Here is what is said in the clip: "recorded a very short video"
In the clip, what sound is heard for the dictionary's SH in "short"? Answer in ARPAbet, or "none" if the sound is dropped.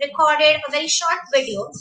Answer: SH